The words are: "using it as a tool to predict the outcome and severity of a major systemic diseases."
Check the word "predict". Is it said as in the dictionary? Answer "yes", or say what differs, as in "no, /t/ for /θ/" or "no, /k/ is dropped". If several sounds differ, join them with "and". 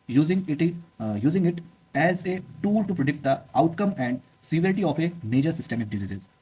yes